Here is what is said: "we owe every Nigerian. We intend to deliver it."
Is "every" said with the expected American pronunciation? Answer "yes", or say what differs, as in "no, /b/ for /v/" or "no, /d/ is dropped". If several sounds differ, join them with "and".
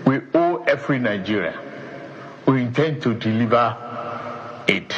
no, /f/ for /v/